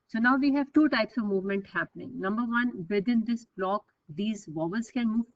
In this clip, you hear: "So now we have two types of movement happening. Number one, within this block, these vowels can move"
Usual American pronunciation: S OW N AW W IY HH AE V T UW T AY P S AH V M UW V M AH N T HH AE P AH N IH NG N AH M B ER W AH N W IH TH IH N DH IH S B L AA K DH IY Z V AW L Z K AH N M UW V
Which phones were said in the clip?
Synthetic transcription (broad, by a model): S OW N AW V IY HH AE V T UW T AY P S AH V M UW V M AH N T HH AE P AH N IH NG N AH M B ER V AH N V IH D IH N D IH S B L AA K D IY Z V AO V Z K AH N M UW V